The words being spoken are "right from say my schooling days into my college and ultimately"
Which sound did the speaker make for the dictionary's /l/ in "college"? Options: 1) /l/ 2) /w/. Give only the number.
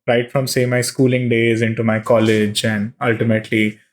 1